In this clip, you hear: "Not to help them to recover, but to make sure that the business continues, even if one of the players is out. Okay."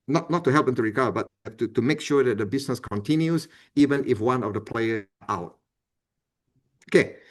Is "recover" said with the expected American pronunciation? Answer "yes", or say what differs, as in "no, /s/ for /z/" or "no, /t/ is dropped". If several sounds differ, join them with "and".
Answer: no, /b/ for /v/